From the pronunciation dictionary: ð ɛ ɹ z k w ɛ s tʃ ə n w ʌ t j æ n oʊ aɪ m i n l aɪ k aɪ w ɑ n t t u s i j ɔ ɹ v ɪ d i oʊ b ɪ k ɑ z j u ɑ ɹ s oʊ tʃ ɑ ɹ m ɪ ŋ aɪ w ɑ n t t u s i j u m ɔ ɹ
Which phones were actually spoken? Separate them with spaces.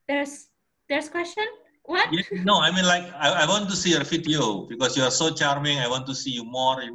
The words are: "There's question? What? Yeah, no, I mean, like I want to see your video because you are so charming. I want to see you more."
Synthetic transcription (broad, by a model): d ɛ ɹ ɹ k w ɛ s tʃ ə n w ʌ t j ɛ n oʊ aɪ m i n l aɪ k aɪ w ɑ n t t u s i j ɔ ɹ f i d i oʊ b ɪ k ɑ s j u ɑ ɹ s oʊ tʃ ɑ ɹ m ɪ ŋ aɪ w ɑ n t t u s i j u m ɔ ɹ